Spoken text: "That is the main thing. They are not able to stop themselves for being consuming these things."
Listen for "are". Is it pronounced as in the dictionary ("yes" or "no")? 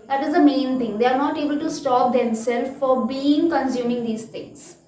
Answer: yes